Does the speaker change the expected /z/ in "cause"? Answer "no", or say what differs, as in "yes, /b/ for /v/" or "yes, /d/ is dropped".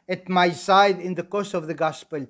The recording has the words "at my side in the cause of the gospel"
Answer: yes, /s/ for /z/